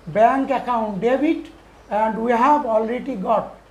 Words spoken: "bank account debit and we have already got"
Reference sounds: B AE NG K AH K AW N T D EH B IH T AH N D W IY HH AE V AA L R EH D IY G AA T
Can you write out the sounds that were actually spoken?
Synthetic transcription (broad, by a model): B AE NG K AH K AW N T D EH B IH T AH N D W IY HH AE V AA L R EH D IY G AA T